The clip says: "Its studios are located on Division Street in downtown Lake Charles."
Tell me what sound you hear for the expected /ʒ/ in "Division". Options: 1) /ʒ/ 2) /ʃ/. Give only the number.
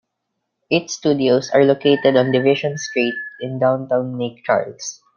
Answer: 2